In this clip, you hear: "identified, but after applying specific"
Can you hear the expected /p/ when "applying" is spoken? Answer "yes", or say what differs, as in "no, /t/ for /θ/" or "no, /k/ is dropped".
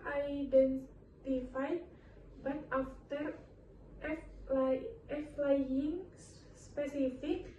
no, /f/ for /p/